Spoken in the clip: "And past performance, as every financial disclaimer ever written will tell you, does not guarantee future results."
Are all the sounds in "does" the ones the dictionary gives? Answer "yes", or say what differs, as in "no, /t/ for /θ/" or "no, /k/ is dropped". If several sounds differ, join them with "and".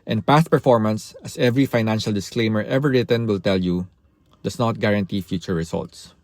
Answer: no, /s/ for /z/